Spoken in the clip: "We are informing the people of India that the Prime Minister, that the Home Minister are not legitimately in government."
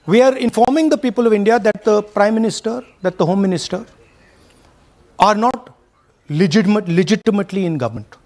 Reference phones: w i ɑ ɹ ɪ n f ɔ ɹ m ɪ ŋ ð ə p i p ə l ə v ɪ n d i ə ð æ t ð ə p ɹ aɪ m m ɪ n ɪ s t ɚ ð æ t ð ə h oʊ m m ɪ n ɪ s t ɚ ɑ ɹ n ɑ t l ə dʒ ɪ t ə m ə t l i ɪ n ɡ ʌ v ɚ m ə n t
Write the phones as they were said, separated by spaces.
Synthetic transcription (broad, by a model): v i ɑ ɹ ɪ n f ɔ ɹ m ɪ ŋ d ə p i p ə l ə v ɪ n d i ə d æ t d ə p ɹ aɪ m m ɪ n ɪ s t ɚ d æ t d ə h oʊ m m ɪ n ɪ s t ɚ ɑ ɹ n ɑ t l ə dʒ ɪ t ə m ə t l i ɪ n ɡ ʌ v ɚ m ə n t